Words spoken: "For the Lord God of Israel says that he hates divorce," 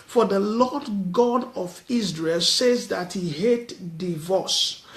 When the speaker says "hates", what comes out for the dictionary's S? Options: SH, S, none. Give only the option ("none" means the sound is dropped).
none